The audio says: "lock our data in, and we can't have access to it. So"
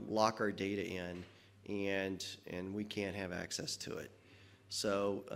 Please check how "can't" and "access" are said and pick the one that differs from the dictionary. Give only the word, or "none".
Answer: none